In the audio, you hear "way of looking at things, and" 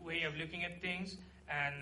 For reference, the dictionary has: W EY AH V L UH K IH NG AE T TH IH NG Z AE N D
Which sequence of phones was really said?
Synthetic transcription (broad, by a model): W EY AH V L UH K IH NG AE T T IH NG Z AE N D